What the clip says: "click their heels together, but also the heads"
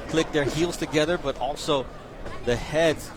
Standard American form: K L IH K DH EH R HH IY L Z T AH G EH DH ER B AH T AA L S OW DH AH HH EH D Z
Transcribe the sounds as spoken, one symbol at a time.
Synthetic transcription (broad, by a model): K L IH K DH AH R HH IY L Z T AH G EH DH ER B AH T AA L S OW DH AH HH EH D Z